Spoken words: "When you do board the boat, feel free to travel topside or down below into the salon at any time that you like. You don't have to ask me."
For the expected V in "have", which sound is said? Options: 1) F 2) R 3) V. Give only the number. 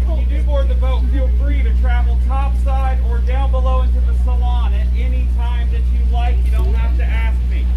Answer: 1